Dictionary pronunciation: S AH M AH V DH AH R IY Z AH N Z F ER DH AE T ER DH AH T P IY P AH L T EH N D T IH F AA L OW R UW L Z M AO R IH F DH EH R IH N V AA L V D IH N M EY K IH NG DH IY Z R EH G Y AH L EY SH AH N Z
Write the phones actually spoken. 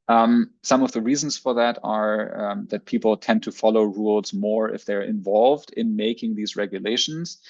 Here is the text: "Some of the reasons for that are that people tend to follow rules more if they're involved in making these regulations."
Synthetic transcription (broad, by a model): S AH M AH V DH AH R IY Z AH N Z F ER DH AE T ER DH AH T P IY P L T EH N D T IH F AA L OW R UW L Z M AO R IH F DH EH R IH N V AA L V D IH N M EY K IH NG DH IY Z R EH G Y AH L EY SH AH N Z